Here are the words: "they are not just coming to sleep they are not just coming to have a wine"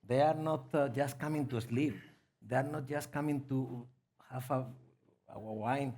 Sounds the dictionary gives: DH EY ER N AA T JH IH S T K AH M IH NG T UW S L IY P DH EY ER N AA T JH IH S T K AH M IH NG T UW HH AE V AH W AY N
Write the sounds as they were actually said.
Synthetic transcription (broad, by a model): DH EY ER N AA T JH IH S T K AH M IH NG T UW S L IY P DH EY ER N AA T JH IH S K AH M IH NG T UW HH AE W AH W AY N